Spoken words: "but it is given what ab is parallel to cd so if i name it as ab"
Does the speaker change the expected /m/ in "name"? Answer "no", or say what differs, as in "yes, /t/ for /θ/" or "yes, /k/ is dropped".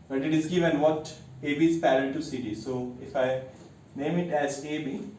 no